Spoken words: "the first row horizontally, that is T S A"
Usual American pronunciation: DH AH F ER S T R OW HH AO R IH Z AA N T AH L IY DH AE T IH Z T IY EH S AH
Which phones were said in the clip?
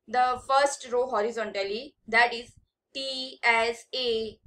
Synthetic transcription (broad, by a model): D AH F ER S T R OW HH AO R IH Z AA N T AH L IY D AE T IH Z T IY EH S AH